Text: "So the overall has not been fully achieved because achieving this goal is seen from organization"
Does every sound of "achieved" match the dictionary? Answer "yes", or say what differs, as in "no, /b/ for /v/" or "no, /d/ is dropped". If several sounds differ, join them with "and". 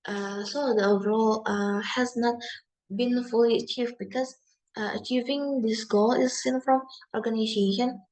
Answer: yes